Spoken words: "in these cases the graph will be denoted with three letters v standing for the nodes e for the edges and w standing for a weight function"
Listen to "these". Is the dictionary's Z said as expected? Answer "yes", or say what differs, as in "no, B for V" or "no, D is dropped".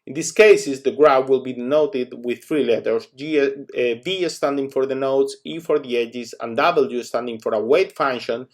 no, S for Z